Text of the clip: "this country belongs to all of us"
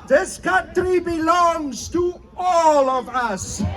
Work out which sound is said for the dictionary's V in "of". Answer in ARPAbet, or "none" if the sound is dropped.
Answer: V